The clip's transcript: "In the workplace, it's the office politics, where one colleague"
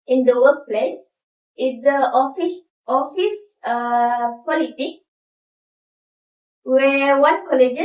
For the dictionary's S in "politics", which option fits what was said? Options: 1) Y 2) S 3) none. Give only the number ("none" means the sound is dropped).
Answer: 3